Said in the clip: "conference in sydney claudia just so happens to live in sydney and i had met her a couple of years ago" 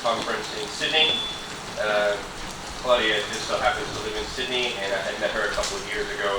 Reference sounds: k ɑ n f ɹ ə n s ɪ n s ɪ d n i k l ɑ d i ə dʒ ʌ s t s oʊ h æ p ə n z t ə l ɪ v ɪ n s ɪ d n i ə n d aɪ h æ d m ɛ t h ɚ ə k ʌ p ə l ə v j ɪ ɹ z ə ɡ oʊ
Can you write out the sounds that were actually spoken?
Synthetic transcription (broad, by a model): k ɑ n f ɹ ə n s ɪ n s ɪ d n i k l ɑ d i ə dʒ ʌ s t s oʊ h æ p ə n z t ə l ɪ v ɪ n s ɪ d n i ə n aɪ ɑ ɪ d m ɛ t h ɚ ə k ʌ p l ə v j ɪ ɹ z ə ɡ oʊ